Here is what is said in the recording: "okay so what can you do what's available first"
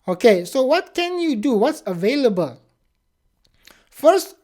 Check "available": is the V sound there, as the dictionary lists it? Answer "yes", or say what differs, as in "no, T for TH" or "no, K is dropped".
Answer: yes